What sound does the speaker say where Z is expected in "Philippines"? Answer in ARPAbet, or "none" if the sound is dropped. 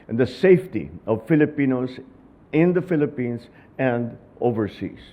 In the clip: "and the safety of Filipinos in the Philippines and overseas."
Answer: S